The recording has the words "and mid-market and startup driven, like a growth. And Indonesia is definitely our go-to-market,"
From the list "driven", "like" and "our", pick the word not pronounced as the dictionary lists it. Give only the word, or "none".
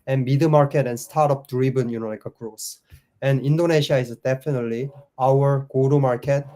driven